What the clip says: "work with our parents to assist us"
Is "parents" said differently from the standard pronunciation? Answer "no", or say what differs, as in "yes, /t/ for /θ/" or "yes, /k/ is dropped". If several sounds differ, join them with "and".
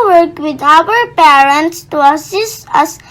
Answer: no